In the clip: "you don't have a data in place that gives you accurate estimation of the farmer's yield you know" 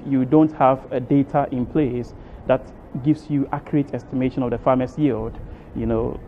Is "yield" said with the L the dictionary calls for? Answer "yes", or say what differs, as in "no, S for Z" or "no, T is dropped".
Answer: yes